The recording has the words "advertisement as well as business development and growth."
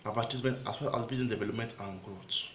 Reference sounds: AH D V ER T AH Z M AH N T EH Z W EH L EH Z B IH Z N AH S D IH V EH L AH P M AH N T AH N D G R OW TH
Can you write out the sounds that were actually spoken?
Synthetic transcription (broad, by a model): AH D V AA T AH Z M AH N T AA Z W EH L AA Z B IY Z AH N D IH V EH L AH P M AH N T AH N G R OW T